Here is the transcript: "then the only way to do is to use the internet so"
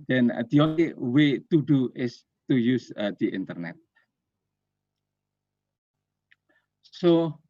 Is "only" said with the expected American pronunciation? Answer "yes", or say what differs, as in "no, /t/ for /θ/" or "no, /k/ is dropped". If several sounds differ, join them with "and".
no, /n/ is dropped